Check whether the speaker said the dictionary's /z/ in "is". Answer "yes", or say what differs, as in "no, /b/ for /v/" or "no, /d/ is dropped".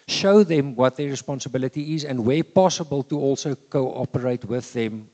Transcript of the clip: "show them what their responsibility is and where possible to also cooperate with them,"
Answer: yes